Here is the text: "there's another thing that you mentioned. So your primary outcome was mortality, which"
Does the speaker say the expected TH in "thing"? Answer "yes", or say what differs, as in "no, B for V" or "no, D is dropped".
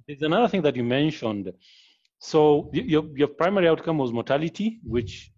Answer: yes